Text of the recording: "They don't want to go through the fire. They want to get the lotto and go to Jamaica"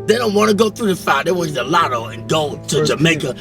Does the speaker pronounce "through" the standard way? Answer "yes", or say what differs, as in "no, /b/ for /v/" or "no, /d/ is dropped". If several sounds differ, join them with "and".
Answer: yes